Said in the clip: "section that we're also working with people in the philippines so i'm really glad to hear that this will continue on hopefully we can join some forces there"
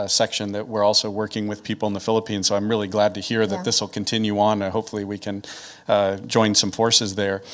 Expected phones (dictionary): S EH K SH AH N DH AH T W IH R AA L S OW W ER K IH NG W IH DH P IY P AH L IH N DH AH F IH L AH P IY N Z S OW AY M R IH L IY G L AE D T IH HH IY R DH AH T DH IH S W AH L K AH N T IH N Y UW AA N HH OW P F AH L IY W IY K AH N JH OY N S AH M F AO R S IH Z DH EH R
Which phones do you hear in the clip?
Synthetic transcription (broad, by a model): S EH K SH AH N DH AH T W IH R AA L S OW W ER K IH NG W IH DH P IY P L IH N DH AH F IH L AH P IY N Z S OW AY M R IH L IY G L AE D T IH HH IY R DH AH T DH IH S W AH L K AH N T IH N Y UW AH N HH OW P F L IY W IY K AH N JH OY N S AH M F AO R S IH Z DH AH R